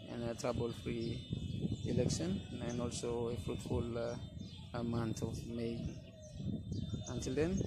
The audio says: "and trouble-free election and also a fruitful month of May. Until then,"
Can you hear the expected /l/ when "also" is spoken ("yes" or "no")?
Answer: yes